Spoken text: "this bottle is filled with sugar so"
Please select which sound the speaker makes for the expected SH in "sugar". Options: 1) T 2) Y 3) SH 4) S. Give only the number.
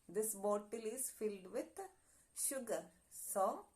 3